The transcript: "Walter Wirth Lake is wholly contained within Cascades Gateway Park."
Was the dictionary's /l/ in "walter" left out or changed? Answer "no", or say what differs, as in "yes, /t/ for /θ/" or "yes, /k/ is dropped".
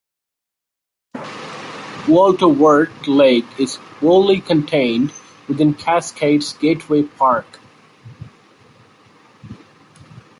no